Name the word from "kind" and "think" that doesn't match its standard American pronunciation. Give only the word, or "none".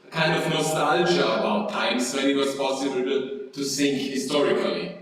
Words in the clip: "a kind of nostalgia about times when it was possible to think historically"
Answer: think